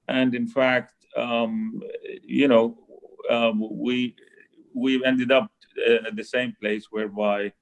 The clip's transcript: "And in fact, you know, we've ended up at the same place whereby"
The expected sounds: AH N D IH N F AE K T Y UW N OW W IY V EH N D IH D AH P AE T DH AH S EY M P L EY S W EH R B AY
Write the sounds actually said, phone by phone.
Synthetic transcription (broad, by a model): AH N D IH N F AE K T Y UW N OW W IY W EH N D IH D AH P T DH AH S EY M P L EY S W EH R B AY